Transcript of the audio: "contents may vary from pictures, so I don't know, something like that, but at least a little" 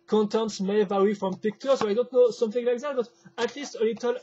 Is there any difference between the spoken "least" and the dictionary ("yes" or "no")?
no